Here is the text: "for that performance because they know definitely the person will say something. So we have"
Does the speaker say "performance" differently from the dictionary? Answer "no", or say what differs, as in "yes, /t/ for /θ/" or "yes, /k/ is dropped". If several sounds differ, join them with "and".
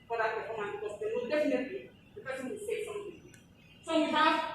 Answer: yes, /s/ is dropped